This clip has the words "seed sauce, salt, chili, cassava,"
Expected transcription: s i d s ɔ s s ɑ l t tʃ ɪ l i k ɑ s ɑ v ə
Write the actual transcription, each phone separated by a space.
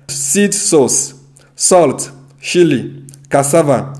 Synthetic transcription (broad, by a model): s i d s ɔ s s ɑ l t ʃ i l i k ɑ s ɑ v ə